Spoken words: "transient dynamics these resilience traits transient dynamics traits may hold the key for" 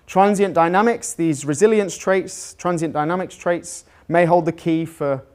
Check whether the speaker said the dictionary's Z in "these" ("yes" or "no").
yes